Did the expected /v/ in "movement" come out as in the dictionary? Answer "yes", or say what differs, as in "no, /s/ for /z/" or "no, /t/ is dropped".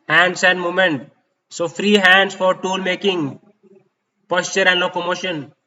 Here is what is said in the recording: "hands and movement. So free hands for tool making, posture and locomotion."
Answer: no, /v/ is dropped